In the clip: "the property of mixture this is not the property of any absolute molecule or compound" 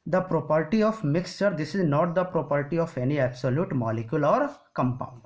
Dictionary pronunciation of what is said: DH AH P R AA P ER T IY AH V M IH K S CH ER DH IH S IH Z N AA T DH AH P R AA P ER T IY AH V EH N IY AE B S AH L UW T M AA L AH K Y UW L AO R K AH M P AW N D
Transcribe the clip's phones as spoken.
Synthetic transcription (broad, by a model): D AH P R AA P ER T IY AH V M IH K S CH ER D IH S IH Z N AA T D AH P R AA P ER T IY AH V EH N IY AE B S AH L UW T M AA L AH K Y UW L AO R K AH M P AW N D